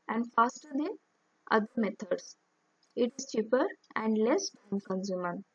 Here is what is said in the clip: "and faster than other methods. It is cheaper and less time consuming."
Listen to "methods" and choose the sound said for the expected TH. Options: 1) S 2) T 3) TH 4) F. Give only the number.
2